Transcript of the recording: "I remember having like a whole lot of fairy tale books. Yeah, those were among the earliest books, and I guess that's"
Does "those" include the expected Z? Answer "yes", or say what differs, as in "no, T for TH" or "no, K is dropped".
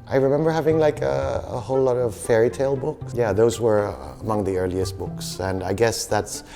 yes